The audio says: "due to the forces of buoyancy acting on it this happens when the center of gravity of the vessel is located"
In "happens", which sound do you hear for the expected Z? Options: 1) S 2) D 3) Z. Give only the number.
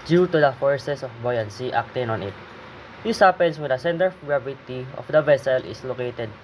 1